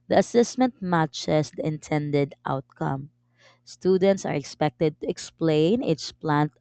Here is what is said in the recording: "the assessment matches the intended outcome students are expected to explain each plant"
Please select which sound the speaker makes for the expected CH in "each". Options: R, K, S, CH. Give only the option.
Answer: S